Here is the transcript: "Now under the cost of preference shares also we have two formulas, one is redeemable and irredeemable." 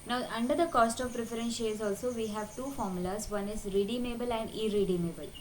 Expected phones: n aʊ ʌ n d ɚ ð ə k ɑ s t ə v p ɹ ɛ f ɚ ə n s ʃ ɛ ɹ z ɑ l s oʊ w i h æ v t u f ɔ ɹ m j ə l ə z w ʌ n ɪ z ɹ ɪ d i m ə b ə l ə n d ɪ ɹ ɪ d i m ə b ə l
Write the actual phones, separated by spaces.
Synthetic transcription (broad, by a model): n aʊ ʌ n d ɚ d ə k ɑ s t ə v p ɹ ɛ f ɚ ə n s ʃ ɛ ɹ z ɑ l s oʊ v i h æ v t u f ɔ ɹ m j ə l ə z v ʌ n ɪ z ɹ ɪ d i m ə b ə l ə n d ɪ ɹ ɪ d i m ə b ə l